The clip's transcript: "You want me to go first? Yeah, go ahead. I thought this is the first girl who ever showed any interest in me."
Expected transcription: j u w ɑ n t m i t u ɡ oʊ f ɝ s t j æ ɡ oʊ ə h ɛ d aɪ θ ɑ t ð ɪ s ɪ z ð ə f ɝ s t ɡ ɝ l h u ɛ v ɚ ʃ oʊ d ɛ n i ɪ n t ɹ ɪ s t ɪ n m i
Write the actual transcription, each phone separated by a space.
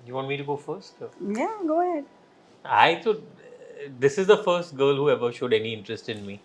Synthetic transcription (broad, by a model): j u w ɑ n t m i t u ɡ oʊ f ɝ s t j æ ɡ oʊ ə h ɛ d aɪ t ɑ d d ɪ s ɪ z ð ə f ɝ s t ɡ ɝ l h u ɛ v ɚ ʃ oʊ d ɛ n i ɪ n t ɹ ɪ s t ɪ n m i